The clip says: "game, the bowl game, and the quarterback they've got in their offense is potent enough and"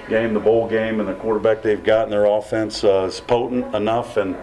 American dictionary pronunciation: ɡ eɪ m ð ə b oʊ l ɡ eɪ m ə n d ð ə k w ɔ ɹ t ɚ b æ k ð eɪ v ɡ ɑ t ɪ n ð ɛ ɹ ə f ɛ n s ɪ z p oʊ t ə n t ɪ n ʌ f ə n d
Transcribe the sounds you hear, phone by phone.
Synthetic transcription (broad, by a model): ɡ eɪ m ð ə b oʊ l ɡ eɪ m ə n ð ə k w ɔ ɹ t ɚ b æ k ð eɪ v ɡ ɑ t n ð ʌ ɹ ə f ɛ n s ɪ z p oʊ t n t ɪ n ʌ f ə n